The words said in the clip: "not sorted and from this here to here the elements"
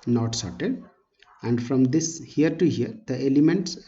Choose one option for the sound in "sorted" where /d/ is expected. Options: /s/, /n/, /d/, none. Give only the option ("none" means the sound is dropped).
/d/